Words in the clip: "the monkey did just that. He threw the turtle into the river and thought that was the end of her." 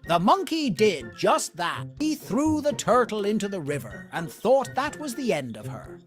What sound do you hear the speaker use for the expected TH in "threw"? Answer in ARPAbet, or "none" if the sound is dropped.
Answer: TH